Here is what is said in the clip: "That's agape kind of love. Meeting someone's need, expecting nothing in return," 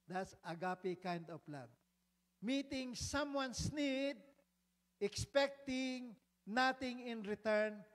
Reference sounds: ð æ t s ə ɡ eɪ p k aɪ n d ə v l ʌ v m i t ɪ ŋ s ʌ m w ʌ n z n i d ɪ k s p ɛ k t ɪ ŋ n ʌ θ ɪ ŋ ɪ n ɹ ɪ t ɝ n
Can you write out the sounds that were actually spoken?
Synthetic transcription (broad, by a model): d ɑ t s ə ɡ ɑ p k aɪ n d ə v l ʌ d m i t ɪ ŋ s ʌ m w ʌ n s n i d ɪ k s p ɛ k t ɪ ŋ n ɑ t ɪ ŋ ɪ n ɹ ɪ t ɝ n